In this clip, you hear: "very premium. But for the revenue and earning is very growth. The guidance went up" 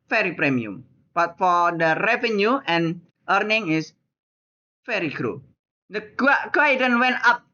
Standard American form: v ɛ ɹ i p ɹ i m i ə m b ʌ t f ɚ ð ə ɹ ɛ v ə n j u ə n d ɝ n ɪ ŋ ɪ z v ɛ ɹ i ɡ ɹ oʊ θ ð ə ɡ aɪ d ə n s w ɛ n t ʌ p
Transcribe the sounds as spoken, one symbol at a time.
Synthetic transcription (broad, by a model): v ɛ ɹ i p ɹ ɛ m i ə m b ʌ t f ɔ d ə ɹ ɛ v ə n j u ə n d ɝ n ɪ ŋ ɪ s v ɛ ɹ i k ɹ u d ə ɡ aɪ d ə n w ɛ n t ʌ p